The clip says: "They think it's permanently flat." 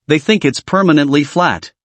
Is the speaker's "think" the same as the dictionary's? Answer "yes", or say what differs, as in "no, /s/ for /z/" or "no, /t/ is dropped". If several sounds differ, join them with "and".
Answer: yes